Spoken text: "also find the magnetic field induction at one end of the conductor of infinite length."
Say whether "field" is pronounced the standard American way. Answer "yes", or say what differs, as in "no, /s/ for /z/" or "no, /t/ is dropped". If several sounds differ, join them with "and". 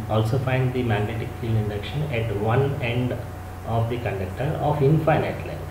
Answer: no, /d/ is dropped